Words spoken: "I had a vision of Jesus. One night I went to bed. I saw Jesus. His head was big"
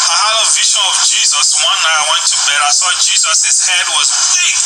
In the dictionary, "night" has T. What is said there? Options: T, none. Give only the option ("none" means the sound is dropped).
none